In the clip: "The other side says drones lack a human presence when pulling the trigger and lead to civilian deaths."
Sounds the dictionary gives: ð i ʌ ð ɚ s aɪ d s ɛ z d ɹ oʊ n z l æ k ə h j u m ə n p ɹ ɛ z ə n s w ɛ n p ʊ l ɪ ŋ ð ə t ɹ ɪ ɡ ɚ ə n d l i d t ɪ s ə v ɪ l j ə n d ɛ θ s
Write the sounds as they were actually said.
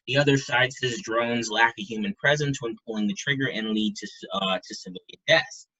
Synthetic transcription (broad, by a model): ð i ʌ ð ɚ s aɪ d s ɛ z d ɹ oʊ n z l æ k ə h j u m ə n p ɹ ɛ z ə n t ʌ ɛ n p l ɪ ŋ ð ə t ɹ ɪ ɡ ɚ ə n l i d t ɪ s ə v ɪ l j ə n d ɛ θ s